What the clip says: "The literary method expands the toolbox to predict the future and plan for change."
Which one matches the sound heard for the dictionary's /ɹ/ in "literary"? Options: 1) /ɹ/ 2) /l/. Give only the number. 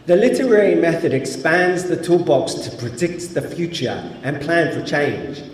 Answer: 1